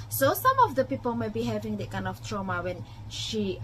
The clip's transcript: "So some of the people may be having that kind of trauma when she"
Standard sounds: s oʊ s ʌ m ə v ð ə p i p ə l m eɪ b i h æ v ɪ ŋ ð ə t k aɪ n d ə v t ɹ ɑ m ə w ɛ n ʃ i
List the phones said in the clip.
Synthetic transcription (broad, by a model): s oʊ s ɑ m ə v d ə p i p ə l m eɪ b i h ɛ v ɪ ŋ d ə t k aɪ n ə f t ɹ ɑ m ə w ɛ n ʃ i